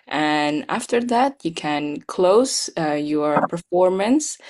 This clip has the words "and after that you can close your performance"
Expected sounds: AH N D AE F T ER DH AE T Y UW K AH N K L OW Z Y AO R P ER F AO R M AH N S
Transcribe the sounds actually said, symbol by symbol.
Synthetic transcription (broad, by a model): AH N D AE F T ER DH AE T Y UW K AH N K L OW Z Y AO R P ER F AO R M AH N S